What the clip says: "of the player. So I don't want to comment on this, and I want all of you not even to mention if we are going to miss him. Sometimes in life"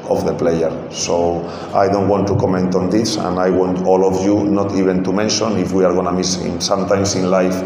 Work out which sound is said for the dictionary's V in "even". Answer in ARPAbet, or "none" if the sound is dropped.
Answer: B